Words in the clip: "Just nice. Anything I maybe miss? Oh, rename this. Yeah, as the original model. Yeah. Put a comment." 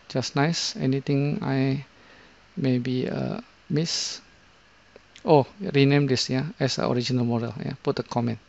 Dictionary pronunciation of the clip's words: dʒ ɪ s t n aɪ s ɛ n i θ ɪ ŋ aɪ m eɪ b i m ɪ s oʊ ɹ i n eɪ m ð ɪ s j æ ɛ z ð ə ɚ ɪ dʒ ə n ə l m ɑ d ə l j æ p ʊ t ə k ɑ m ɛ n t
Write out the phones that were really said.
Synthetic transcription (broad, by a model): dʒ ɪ s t n aɪ s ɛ n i t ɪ ŋ aɪ m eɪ b i m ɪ s oʊ ɹ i n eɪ m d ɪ s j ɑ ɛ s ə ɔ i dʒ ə n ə l m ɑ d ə l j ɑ p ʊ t ə k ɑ m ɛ n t